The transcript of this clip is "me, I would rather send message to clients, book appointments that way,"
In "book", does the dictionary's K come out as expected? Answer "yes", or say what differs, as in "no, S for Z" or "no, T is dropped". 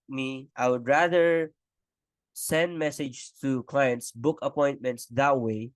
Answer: yes